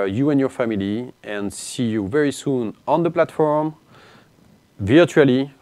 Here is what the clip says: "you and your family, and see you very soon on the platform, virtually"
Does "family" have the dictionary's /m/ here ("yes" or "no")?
yes